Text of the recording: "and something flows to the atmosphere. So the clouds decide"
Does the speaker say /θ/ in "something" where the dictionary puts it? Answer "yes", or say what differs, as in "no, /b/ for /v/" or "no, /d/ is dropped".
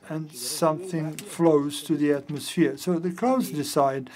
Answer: yes